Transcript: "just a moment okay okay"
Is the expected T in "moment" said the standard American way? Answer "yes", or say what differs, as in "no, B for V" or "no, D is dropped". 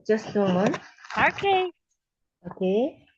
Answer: no, T is dropped